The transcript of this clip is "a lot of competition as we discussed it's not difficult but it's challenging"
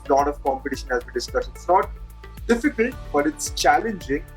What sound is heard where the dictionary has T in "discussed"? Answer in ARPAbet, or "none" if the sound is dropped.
none